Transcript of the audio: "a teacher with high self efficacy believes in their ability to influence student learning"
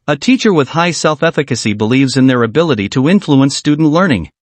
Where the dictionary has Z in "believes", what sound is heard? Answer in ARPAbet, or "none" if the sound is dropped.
Z